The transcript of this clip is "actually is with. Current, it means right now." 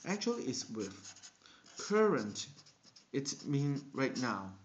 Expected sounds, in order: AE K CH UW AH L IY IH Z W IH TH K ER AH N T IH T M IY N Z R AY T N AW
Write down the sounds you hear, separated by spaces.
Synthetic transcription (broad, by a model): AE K CH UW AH L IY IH S W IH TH K ER AH N T IH T M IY N R AY T N AW